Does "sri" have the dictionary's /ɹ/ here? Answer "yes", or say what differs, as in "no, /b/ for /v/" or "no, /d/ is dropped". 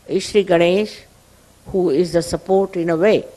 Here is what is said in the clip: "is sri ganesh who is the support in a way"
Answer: yes